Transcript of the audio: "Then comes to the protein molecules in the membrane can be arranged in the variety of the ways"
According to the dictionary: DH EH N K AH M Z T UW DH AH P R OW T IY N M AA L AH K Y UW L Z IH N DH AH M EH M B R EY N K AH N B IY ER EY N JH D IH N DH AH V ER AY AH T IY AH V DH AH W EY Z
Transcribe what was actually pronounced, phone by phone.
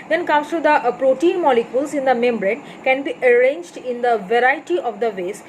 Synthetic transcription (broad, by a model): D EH N K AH M S T UW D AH P R OW T IY N M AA L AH K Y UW L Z IH N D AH M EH M B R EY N K AH N B IY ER EY N JH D IH N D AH V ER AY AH T IY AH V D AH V EY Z